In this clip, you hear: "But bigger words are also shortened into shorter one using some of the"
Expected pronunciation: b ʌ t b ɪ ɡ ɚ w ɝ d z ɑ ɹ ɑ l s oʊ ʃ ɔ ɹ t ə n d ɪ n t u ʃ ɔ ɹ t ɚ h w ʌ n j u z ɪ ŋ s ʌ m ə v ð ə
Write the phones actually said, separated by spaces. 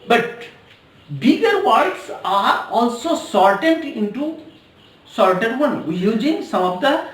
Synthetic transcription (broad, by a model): b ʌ t b ɪ ɡ ɚ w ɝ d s ɑ ɹ ɑ l s oʊ s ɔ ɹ t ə n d ɪ n t u s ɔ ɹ t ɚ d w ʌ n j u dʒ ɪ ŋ s ʌ m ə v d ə